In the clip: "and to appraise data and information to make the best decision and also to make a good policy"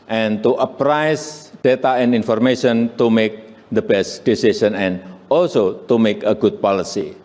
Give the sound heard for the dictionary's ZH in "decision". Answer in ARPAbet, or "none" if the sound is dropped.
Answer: S